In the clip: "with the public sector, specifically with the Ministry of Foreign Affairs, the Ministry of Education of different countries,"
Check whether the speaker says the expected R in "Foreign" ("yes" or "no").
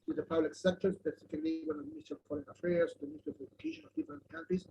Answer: no